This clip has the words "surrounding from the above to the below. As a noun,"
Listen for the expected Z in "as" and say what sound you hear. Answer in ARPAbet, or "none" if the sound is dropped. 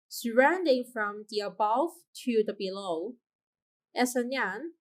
S